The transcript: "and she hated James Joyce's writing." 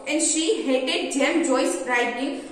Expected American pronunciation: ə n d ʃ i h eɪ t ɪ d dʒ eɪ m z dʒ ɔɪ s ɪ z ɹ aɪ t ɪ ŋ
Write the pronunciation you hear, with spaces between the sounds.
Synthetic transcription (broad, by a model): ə n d ʃ i h eɪ t ɪ d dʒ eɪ m dʒ ɔɪ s ɹ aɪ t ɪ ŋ